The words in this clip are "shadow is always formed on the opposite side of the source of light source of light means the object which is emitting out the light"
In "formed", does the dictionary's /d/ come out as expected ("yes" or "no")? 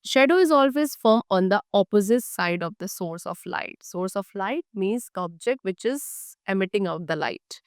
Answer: no